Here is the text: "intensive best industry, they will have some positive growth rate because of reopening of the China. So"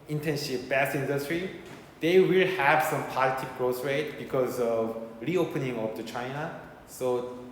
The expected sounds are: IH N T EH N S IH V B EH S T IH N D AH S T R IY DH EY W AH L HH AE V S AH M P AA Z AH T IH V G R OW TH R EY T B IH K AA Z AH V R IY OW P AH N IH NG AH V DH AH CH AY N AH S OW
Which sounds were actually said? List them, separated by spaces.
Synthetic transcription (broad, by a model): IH N T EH N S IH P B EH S IH N D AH S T R IY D EY W AH L HH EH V S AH M P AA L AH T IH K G R OW S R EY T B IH K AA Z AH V R IY OW P AH N IH NG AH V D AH CH AY N AH S OW